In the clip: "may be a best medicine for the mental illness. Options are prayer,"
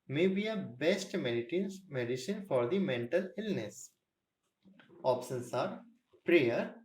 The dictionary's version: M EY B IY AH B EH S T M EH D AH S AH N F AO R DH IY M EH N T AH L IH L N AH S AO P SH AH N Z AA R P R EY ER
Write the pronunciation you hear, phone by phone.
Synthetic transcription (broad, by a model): M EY B IY AH B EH S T M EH D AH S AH N F AO R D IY M EH N T AH L IH L N AH S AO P S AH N S AA R P R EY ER